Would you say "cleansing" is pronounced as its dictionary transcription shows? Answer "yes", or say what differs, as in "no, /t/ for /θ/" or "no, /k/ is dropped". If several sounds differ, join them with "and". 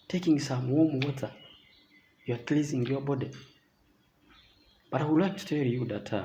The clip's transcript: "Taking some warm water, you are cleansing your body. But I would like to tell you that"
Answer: no, /n/ is dropped